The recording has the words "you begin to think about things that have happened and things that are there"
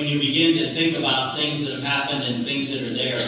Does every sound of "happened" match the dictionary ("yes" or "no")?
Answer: yes